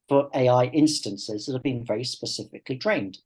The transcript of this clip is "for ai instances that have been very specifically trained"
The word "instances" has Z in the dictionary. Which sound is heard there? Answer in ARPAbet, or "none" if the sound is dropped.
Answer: Z